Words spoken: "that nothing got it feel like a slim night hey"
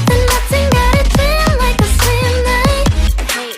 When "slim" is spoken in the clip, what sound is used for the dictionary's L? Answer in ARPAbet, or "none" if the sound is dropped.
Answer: none